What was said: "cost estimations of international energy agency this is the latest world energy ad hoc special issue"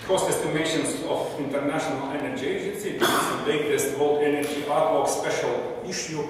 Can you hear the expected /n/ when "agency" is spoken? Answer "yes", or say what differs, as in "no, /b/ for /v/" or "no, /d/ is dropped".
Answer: yes